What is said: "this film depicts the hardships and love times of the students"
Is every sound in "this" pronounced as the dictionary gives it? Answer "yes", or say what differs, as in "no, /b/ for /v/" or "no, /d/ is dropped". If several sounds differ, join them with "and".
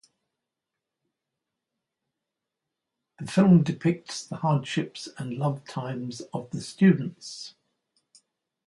no, /s/ is dropped